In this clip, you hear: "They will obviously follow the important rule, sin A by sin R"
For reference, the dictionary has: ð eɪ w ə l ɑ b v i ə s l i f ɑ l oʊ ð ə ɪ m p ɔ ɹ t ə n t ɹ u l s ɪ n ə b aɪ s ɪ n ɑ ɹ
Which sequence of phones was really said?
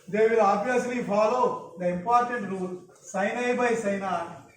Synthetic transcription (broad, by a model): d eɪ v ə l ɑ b i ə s l i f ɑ l oʊ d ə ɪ m p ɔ ɹ t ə n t ɹ u l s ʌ n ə b aɪ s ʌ n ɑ